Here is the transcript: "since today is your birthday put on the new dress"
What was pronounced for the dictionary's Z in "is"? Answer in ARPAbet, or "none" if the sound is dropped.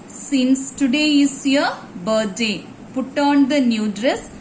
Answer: S